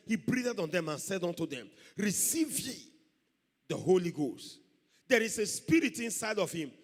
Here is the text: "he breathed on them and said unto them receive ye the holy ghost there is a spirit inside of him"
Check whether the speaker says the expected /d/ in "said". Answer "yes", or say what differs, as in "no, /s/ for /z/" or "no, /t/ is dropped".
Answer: yes